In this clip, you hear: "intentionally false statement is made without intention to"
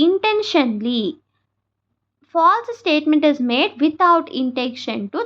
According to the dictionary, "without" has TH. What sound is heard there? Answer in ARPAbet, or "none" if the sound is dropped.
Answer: T